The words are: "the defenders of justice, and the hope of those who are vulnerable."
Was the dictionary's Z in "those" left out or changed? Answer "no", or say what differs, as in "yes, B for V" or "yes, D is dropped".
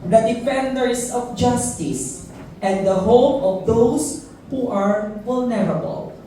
yes, S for Z